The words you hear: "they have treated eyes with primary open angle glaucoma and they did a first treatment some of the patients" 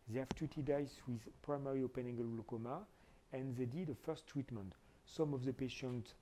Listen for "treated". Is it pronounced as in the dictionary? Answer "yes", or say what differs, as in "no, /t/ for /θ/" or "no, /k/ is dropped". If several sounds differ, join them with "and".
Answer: no, /ɹ/ is dropped